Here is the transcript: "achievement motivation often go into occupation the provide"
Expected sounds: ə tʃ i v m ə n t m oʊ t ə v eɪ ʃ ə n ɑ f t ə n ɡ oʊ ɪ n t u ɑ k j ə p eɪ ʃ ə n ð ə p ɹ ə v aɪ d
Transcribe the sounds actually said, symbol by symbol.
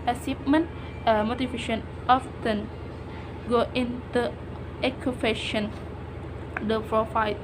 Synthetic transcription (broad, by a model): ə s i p m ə n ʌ m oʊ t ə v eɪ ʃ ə n ɑ f t ə n ɡ oʊ ɪ n t u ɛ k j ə f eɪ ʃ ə n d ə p ɹ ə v aɪ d